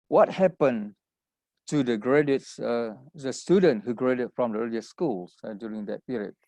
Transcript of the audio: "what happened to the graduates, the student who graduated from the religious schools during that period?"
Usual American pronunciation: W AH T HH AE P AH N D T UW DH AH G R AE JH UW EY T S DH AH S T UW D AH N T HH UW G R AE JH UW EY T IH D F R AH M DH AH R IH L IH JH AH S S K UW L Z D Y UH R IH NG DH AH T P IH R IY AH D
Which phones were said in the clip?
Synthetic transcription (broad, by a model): W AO T HH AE P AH N T UW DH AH G R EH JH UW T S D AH S T UW D AH N T HH UW G R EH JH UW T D F R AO M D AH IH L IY AH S S K UW L S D Y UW R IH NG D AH T P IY R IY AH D